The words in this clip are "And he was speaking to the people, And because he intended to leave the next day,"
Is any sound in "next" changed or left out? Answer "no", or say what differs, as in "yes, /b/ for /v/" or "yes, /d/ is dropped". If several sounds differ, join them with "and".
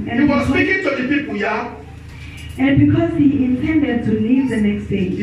no